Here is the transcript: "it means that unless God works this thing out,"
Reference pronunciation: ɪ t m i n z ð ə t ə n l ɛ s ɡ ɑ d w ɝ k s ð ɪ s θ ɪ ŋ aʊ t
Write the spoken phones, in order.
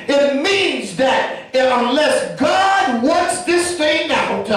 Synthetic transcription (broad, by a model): ɪ t m i n z ð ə t ə n l ɛ s ɡ ɑ d w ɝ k s ð ɪ s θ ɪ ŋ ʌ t